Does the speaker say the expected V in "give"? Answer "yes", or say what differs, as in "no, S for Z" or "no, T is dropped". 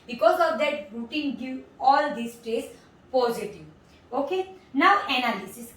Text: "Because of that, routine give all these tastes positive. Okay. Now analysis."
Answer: no, V is dropped